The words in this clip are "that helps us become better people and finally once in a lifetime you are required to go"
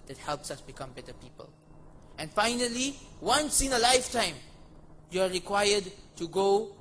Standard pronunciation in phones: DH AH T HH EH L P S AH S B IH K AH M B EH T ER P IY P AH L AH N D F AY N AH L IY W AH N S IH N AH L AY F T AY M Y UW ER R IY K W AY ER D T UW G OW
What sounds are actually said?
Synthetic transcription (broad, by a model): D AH T HH EH L P S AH S B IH K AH M B EH T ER P IY P AH L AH N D F AY N AH L IY W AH N S IH N AH L AY F T AY M Y UW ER R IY K W AY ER D T UW G OW